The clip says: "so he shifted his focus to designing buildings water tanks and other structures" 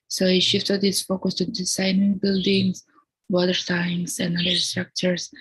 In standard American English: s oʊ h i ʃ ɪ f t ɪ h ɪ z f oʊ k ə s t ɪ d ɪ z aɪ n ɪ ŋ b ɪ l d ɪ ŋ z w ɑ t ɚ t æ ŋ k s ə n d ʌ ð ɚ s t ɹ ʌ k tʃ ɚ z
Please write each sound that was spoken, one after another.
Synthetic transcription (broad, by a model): s oʊ h i ʃ ɪ f t ɪ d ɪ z f oʊ k ə s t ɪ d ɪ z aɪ n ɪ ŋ b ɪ l d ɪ ŋ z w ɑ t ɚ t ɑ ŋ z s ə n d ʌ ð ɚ s t ɹ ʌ k tʃ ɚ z